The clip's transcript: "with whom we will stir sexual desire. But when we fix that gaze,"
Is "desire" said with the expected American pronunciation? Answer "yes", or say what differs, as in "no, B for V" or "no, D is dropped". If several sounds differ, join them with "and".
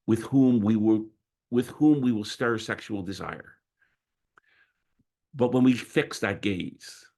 yes